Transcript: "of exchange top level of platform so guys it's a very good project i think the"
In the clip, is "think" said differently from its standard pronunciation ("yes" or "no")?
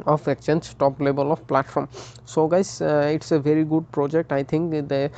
yes